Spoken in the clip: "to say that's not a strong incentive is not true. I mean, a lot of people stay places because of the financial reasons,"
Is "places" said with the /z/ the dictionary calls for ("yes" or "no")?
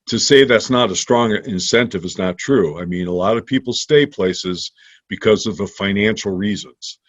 yes